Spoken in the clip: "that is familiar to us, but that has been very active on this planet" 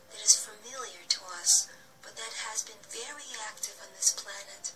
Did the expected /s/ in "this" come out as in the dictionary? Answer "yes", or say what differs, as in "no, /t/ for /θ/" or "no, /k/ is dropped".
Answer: yes